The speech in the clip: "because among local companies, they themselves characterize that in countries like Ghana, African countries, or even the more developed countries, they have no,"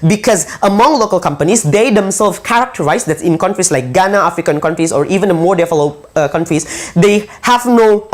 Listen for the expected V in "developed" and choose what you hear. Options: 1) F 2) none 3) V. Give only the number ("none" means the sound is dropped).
1